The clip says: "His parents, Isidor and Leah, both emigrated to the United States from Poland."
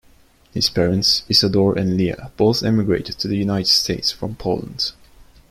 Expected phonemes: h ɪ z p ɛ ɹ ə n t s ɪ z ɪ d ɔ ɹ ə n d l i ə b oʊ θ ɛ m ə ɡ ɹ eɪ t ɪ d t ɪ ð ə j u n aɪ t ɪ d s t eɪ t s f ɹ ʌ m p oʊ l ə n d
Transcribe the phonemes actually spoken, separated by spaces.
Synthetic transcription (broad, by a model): h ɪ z p ɛ ɹ ə n t s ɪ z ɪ d ɔ ɹ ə n l i ə b oʊ θ ɛ m ə ɡ ɹ eɪ t ɪ d t ɪ ð ə j u n aɪ t ɪ d s t eɪ t s f ɹ ʌ m p oʊ l ə n d